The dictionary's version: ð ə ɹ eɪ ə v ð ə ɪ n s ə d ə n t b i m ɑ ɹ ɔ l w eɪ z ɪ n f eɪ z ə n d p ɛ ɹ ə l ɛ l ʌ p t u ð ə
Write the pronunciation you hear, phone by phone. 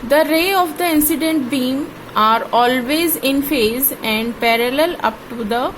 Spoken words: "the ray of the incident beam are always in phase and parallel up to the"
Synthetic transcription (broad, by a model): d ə ɹ eɪ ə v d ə ɪ n s ə d ə n t b i m ɑ ɹ ɔ l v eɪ z ɪ n f eɪ z ə n d p ɛ ɹ ə l ɛ l ʌ p t u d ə